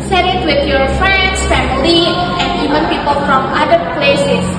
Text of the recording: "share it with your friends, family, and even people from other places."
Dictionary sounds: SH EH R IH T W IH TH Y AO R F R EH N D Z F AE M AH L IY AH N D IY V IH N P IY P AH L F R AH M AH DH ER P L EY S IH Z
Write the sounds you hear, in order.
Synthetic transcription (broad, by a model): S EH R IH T W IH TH Y AO R F R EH N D S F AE M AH L IY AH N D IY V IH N P IY P AH L F R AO M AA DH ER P L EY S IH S